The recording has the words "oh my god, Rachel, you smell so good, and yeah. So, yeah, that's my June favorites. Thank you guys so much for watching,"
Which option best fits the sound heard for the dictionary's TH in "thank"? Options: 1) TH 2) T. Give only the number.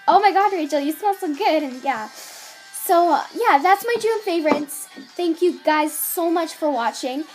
1